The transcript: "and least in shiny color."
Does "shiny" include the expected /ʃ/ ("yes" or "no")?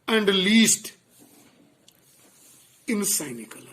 no